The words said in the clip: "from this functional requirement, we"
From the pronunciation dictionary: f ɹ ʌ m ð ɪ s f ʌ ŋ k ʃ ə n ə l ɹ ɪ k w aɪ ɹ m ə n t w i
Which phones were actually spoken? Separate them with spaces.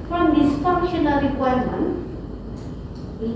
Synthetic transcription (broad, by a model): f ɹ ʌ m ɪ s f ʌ k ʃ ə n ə ɹ ɪ k w aɪ ɹ m ə n t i